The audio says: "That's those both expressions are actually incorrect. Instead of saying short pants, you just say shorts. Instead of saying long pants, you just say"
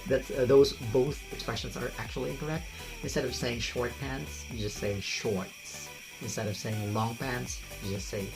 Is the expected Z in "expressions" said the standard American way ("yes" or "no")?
yes